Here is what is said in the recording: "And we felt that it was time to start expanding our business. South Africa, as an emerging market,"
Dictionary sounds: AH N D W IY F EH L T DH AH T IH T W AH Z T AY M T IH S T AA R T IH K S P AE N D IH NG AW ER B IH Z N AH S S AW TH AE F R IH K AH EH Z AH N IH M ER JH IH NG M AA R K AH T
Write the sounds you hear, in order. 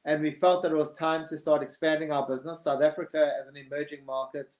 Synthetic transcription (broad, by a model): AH N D W IY F EH L T DH AH T IH T W AH Z T AY M T IH S T AA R T IH K S P AE N D IH NG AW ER B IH Z N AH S S AW TH AE F R IH K AH Z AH N IH M ER JH IH NG M AA R K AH T